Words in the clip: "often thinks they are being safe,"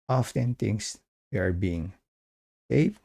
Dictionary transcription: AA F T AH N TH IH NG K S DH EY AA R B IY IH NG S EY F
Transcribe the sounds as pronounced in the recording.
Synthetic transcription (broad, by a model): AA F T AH N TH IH NG S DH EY AA R B IY IH NG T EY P